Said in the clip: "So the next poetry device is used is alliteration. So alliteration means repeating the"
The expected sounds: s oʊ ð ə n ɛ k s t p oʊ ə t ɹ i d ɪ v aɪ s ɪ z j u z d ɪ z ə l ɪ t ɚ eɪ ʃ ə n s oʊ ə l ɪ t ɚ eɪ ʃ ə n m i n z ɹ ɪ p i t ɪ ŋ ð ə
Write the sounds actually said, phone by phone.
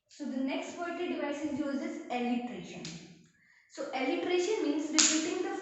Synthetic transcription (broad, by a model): s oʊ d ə n ɛ k s t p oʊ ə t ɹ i d ɪ v aɪ s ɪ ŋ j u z ɪ z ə l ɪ t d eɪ ʃ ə n s oʊ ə l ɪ t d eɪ ʃ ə n m i n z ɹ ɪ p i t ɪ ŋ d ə